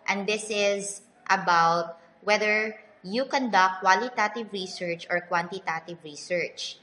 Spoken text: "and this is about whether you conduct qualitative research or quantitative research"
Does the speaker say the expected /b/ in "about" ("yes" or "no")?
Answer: yes